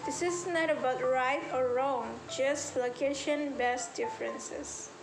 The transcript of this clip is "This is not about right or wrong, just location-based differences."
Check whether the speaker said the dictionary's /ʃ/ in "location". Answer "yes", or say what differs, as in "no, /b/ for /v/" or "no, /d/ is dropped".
yes